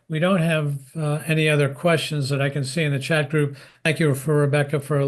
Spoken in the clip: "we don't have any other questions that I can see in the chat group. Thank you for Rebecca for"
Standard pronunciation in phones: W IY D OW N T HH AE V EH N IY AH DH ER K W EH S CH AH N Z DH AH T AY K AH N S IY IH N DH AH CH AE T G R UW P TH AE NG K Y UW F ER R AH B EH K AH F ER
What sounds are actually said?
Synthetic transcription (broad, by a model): W IY D OW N T HH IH V EH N IY AH DH ER K W EH S CH AH N Z DH AH T AY K AH N S IY IH N DH AH CH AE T G R UW P TH AE NG K Y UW F ER R AH B EH K AH F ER